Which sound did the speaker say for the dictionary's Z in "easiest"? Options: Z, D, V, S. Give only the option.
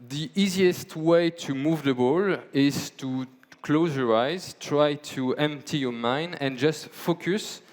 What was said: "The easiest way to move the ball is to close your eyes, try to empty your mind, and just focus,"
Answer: Z